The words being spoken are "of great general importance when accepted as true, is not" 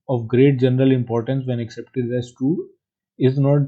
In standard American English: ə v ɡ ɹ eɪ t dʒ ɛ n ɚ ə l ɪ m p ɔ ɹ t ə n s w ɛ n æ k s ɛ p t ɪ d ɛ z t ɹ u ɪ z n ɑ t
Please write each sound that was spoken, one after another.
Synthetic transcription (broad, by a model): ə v ɡ ɹ eɪ t dʒ ɛ n ɚ ə l ɪ m p ɔ ɹ t ə n s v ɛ n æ k s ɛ p t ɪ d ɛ s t u ɪ z n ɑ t